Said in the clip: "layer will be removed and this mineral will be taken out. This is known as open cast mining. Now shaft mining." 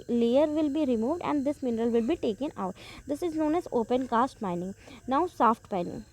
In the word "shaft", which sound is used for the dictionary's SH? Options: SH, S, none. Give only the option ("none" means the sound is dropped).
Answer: S